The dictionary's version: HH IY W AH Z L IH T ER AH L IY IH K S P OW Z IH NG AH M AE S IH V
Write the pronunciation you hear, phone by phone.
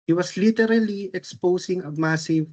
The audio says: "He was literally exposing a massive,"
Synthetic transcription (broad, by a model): HH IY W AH S L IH T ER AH L IY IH K S P OW S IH NG AH M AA S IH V